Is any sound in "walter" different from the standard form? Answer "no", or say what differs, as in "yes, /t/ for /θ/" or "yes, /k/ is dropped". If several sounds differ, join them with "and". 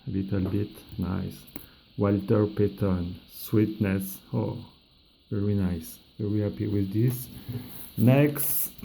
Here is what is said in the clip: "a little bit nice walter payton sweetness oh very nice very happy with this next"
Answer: no